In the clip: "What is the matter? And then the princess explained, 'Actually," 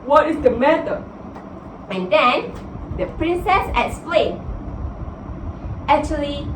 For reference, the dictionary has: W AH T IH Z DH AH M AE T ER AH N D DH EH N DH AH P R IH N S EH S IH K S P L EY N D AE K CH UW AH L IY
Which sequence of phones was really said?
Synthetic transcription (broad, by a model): W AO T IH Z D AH M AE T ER AH N D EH N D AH P R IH N S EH S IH K S P L EY N AE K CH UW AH L IY